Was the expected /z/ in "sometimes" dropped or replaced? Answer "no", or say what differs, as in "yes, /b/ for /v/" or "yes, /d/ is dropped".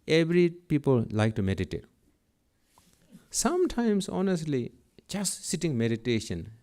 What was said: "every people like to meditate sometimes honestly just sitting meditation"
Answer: yes, /s/ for /z/